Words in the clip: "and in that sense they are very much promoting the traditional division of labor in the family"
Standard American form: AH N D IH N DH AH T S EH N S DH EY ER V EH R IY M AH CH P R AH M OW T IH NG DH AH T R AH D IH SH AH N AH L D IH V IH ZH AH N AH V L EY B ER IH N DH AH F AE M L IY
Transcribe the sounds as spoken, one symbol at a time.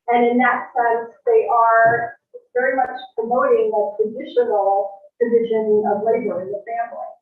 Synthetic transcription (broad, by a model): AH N IH N DH AH T S EH N S DH EY ER V EH R IY M AH CH P R AH M OW T IH NG DH AH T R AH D IH SH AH N L D IH V IH ZH AH N AH V L EY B ER IH N DH AH F AE M L IY